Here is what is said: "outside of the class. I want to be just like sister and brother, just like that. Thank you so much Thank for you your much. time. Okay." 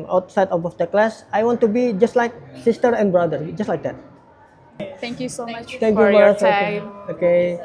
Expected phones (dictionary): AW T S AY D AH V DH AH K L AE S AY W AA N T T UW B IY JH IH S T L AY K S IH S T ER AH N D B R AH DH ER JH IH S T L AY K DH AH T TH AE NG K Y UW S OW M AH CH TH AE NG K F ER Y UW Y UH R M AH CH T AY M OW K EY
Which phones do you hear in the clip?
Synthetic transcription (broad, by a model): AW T S AY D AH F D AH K L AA S AY W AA N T T UW B IY JH IH S T L AY K S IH S T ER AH N B R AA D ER JH IH S T L AY K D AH T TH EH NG K Y UW S OW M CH T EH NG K Y UW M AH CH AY OW K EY